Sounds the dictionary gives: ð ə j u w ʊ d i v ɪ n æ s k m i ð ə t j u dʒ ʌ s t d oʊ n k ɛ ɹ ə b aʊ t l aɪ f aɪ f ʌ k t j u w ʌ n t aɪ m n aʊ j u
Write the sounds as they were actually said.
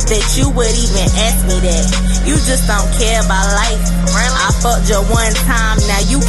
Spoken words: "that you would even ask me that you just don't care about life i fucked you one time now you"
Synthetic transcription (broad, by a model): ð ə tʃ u w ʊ d i v ɪ n æ s k m i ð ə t j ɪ dʒ ʌ s d oʊ n k ɛ ɹ ə b aʊ t l aɪ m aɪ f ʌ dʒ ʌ w ʌ n t aɪ m n aʊ j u